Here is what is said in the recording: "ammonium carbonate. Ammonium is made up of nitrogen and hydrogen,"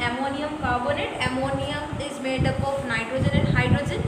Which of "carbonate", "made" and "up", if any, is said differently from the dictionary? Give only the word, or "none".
none